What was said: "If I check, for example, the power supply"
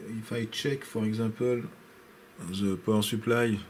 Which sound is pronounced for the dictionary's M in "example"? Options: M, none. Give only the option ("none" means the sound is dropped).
none